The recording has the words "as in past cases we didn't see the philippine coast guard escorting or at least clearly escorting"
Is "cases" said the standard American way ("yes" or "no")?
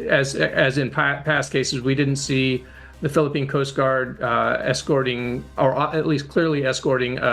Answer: yes